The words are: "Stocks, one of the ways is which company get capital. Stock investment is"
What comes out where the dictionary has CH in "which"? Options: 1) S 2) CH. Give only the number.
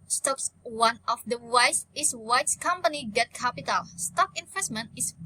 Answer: 1